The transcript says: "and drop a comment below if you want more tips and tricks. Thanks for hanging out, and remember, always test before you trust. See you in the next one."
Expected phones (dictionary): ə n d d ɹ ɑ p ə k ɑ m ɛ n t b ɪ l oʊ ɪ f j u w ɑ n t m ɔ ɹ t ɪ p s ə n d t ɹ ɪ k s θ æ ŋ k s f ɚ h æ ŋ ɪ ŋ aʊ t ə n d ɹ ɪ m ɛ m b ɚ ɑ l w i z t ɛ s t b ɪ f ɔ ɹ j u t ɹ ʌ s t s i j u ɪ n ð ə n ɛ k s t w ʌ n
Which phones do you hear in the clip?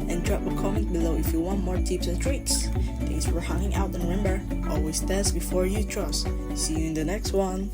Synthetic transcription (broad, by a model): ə n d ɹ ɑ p ə k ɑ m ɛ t b ɪ l oʊ ɪ f j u w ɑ n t m ɔ ɹ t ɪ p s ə n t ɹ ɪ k s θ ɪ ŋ s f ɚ h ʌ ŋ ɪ ŋ aʊ t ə n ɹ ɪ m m b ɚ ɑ l w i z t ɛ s b ɪ f ɔ ɹ j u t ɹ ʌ s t s i j u ɪ n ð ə n ɛ k s t w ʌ n